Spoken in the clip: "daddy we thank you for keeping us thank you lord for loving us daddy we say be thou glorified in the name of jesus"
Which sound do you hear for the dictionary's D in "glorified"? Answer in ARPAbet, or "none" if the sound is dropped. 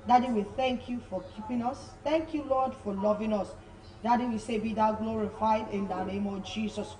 D